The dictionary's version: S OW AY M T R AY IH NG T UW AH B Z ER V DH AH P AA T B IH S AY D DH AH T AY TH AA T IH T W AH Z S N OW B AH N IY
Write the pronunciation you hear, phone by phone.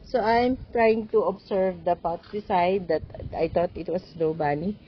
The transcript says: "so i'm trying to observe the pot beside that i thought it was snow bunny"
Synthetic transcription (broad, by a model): S OW AY M T R AY IH NG T UW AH B S ER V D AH P AA T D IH S AY D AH T AY T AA T IH T W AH S N OW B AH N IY